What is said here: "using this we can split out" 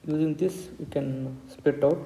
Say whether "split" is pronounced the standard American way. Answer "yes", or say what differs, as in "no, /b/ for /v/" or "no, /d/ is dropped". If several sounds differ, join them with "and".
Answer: no, /l/ is dropped